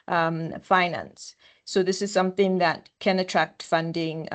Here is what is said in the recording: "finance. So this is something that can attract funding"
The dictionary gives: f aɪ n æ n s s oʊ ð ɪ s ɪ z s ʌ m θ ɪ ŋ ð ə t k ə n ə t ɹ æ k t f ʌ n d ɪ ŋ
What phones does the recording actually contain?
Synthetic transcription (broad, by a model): f aɪ n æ n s s oʊ ð ɪ s ɪ z s ʌ m θ ɪ ŋ ð ə t k ə n ə t ɹ æ k t f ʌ n d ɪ ŋ